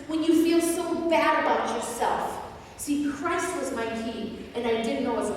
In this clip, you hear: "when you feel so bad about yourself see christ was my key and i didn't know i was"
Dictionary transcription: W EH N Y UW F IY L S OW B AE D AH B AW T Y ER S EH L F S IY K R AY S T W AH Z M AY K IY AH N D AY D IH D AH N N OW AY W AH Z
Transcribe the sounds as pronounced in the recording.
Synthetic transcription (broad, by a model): W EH N Y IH F IY L S OW B AE D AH IH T Y ER S EH L F S IY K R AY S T W AH Z M AY K IY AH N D AY D IH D N N OW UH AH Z